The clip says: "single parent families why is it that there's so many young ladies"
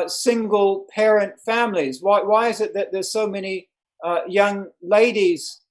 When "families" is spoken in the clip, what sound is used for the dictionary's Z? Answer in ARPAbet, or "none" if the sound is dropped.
Z